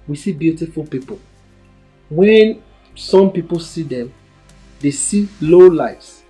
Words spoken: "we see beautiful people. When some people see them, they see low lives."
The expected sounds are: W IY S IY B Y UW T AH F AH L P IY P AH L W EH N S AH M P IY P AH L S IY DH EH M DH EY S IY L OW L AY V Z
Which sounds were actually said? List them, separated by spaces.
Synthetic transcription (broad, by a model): W IY S IY B Y UW T AH F AH L P IY P AH L W EH N S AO M P IY P AH L S IY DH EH M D EY S IY L OW L AY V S